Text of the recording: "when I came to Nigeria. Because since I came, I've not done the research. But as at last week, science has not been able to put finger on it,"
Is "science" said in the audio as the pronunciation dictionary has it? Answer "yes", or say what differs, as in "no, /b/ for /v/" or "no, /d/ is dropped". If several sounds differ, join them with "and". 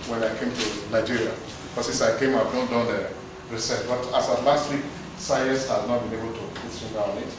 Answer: no, /n/ is dropped